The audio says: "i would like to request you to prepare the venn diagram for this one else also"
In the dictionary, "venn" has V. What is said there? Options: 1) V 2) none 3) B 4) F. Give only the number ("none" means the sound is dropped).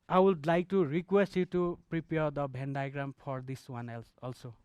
3